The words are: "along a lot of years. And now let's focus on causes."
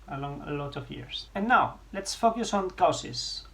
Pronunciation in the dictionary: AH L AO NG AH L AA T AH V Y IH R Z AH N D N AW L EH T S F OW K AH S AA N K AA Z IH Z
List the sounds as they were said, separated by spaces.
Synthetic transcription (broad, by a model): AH L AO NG AH L AA T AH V Y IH R S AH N N AW L EH T S F OW K AH S AA N K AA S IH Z